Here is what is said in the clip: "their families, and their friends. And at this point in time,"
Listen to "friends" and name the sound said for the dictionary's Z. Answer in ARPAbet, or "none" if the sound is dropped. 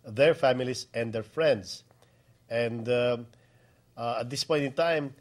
S